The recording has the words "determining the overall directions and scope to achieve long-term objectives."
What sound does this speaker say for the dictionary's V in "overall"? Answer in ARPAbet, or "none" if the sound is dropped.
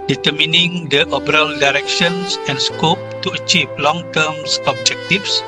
B